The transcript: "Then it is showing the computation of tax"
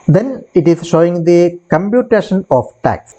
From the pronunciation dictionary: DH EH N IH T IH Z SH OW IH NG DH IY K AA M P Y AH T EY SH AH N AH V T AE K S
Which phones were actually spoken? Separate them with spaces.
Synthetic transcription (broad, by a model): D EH N IH T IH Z SH OW IH NG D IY K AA M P Y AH T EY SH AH N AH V T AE K S